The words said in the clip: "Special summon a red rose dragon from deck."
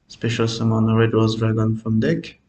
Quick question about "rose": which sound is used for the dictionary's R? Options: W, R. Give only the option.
W